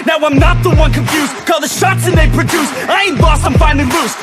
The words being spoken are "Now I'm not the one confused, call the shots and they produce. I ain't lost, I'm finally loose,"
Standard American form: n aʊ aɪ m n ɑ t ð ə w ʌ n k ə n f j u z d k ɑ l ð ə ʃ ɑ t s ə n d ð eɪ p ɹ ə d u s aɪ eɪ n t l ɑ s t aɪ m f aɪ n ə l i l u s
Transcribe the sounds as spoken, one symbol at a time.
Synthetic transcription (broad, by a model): n aʊ aɪ m n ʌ t ð ə w ʌ n k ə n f j u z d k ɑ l ð ə ʃ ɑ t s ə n ð eɪ p ɹ ə d u s aɪ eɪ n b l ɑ s aɪ m f aɪ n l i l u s